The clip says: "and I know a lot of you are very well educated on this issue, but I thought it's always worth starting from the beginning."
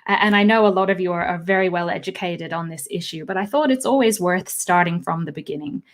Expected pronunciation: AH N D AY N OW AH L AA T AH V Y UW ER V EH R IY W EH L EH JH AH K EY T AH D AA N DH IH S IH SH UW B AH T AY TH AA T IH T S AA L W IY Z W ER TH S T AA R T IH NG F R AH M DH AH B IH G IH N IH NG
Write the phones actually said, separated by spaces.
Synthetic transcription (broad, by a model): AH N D AY N OW AH L AA T AH V Y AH ER V EH R IY W EH L EH JH AH K EY T AH D N DH IH S IH SH UW B AH T AY TH AA T IH T S AA L W IY Z W ER TH S T AA R T IH NG F R AH M DH AH B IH G IH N IH NG